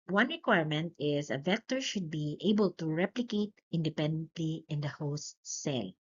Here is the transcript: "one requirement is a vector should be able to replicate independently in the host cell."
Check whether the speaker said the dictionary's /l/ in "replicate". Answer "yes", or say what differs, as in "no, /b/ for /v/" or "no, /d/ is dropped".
yes